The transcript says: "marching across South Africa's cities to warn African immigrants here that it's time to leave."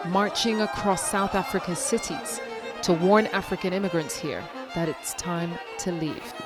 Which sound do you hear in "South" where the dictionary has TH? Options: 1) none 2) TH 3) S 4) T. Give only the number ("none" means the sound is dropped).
2